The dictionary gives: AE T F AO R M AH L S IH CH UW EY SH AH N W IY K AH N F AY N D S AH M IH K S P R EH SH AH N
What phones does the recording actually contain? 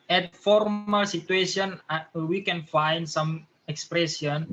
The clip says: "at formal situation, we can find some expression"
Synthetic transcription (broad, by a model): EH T F AO R M AH L S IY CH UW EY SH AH N W IY K AH N F AY N D S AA M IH K S P R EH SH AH N